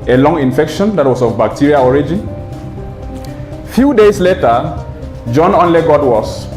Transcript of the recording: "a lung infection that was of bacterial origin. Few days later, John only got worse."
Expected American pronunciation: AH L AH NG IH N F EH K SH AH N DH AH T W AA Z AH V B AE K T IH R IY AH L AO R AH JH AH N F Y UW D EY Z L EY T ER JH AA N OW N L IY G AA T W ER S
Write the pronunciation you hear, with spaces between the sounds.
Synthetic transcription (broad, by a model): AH L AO NG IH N F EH K SH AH N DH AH T W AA S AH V B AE K T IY R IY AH AO R AH JH AH N F Y UW D EY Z L EY T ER JH AA N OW N L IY G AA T W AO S